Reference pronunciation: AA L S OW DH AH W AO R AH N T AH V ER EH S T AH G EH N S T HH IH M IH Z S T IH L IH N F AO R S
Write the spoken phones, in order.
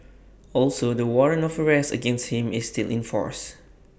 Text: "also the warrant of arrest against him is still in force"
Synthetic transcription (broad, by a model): AA L S OW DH AH W AO R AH N AH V ER EH S T AH G EH N S T HH IH M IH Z S T IH L IH N F AO R S